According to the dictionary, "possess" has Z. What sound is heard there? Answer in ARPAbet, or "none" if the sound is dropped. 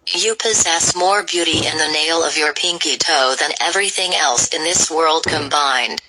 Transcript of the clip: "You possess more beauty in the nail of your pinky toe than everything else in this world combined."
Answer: Z